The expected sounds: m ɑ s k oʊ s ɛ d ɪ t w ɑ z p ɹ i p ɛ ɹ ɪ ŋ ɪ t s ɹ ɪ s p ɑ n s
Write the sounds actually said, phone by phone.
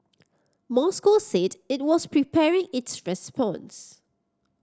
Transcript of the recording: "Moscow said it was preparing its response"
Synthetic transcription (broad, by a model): m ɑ s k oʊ s ɛ d ɪ t w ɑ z p ɹ i p ɛ ɹ ɪ ŋ ɪ t s ɹ ɪ s p ɑ n s